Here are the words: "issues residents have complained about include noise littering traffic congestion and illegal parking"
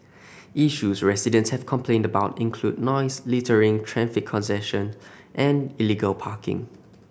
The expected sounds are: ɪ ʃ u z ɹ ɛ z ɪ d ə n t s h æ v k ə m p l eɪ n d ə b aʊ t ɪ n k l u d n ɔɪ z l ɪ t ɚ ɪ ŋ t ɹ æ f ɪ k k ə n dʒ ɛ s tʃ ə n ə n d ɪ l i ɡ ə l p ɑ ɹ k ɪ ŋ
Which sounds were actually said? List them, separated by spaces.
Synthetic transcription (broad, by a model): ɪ ʃ u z ɹ ɛ s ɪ d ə n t s h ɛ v k ə m p l eɪ n d ə b aʊ t ɪ n k l u d n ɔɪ s l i t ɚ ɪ ŋ t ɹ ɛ f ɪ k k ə n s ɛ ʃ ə n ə n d ɪ l i ɡ ə l p ɑ k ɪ ŋ